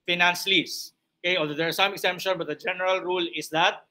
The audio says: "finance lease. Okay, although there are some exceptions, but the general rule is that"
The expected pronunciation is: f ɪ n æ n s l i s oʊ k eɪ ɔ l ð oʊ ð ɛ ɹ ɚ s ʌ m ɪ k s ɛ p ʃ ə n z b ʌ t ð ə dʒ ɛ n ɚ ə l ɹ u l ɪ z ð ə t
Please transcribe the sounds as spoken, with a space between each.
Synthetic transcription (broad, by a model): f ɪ n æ n s l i s oʊ k eɪ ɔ l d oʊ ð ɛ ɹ s ʌ m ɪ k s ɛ p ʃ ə n b ʌ t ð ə dʒ ɛ n ɚ ə l ɹ u l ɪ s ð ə t